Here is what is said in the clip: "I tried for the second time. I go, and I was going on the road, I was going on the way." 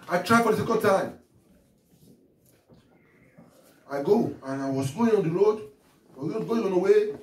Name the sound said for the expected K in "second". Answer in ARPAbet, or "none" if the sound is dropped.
K